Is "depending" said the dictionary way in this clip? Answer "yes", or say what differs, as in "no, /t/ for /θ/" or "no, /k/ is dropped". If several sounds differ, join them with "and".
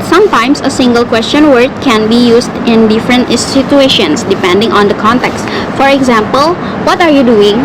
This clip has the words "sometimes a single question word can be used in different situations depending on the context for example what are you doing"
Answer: yes